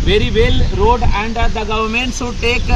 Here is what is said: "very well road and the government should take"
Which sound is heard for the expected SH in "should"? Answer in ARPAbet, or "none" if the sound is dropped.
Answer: S